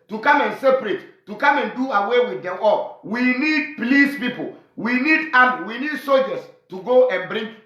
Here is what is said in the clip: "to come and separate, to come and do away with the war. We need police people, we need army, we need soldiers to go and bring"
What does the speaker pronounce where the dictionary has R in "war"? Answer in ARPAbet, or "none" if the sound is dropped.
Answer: L